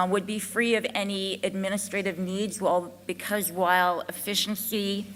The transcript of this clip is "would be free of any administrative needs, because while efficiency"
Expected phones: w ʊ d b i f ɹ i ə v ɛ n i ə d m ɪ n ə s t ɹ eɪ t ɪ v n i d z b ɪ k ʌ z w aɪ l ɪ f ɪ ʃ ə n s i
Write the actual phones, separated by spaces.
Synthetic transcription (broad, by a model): w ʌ d b i f ɹ i ə v ɛ n i ə d m ɪ n ə s t ɹ eɪ t ɪ v n i d z b ɪ k ʌ z w aɪ l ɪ f ɪ ʃ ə n s i